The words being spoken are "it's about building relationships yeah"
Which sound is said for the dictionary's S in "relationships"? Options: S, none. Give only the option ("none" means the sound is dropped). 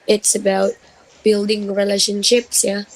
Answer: S